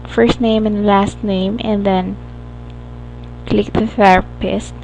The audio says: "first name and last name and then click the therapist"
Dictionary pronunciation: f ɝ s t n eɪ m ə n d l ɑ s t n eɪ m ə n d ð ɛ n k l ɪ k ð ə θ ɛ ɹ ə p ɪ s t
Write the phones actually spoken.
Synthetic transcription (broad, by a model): f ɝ s t n eɪ m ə n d l ɑ s t n eɪ m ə n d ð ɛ n k l ɪ k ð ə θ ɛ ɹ p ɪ s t